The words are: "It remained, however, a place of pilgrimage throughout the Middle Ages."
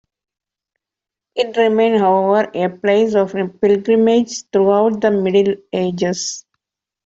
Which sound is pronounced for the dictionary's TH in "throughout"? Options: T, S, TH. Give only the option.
T